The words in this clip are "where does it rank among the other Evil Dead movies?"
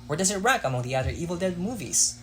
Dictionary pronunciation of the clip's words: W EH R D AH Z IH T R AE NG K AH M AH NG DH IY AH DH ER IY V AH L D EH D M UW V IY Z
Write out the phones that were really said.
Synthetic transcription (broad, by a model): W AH R D AH Z IH T R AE K AH M AH NG DH IY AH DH ER IY V L D EH D M UW V IY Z